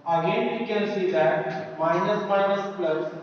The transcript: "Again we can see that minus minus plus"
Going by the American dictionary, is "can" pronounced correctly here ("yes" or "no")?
no